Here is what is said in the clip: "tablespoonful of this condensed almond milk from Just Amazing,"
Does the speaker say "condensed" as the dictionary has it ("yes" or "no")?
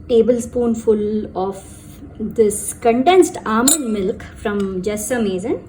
yes